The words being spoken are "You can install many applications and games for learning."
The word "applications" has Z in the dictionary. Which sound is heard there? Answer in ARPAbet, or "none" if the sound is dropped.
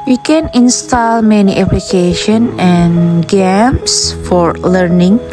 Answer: none